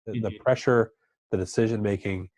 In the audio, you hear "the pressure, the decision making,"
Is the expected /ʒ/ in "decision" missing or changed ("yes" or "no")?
no